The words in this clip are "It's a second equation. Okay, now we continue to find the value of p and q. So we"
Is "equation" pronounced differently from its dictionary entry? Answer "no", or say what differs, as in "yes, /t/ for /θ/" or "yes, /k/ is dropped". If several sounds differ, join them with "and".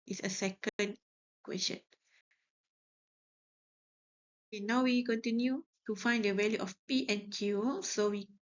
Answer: yes, /s/ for /ʒ/